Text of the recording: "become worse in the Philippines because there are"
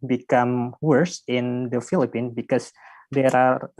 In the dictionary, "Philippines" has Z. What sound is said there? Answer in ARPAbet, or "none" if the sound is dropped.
none